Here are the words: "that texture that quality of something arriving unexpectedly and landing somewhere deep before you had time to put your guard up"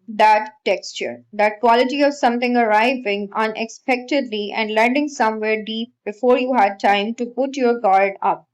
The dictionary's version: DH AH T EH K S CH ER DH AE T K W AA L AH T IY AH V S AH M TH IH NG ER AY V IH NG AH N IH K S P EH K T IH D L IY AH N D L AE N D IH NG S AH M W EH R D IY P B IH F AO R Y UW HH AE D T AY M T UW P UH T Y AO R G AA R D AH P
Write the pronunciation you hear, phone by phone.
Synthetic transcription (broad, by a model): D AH T EH K S CH ER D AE T K W AA L AH T IY AH V S AH M T IH NG ER AY V IH NG AH N IH K S P EH K T IH D L IY AH N D L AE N D IH NG S AH M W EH R D IY P B IH F AO R Y UW HH AE D T AY M T UW P UH T Y AO R G AA R D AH P